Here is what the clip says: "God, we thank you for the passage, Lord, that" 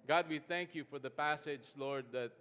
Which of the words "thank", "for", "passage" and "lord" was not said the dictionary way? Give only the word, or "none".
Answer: none